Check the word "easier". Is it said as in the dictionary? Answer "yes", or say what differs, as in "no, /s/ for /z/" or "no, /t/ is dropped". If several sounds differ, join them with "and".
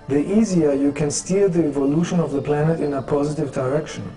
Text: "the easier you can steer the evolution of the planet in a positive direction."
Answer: yes